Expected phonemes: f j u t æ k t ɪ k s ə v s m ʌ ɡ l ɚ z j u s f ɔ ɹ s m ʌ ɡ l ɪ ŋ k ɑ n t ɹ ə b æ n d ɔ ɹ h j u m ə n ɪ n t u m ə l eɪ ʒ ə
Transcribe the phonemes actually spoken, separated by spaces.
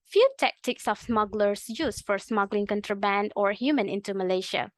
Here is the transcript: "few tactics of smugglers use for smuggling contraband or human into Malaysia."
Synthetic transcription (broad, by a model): f j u t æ k t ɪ k s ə f s m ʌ ɡ l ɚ s j u s f ɔ ɹ s m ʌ ɡ l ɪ ŋ k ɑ n t ɹ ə b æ n d ɔ ɹ h j u m ə n ɪ n t u m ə l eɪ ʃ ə